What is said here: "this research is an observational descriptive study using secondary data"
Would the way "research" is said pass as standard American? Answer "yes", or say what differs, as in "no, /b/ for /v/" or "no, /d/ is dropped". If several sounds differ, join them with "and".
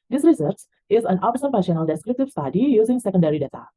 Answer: no, /s/ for /tʃ/